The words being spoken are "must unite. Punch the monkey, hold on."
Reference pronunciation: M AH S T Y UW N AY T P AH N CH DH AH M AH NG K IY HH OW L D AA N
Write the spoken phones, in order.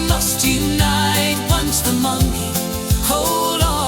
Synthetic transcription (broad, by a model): M AH S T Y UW N AY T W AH N S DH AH M AH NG IY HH OW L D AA